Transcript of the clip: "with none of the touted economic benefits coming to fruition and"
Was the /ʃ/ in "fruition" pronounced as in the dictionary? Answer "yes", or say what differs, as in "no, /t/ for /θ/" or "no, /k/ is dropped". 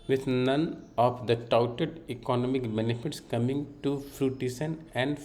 no, /s/ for /ʃ/